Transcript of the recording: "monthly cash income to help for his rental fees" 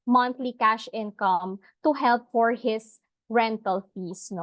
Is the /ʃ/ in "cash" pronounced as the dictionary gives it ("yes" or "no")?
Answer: yes